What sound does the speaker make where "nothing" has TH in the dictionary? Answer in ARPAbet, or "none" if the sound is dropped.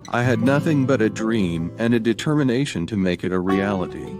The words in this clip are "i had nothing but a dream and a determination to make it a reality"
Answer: TH